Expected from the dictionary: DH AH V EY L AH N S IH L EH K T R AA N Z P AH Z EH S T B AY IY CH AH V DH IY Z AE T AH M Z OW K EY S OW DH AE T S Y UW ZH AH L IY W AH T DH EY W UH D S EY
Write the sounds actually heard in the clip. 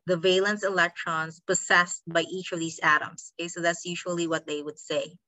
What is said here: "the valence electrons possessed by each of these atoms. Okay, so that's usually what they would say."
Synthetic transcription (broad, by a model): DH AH V EY L AH N S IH L EH K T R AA N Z P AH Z EH S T B AY IY CH AH V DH IY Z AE T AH M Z OW K EY S OW DH AE T S Y UW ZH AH L IY W AH T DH EY W UH D S EY